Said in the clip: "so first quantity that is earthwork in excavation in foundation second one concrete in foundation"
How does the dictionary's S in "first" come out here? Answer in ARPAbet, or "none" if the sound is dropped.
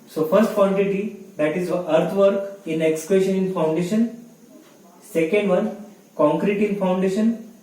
S